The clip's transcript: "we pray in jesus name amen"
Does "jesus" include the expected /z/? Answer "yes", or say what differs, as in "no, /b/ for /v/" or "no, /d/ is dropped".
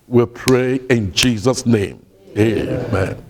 yes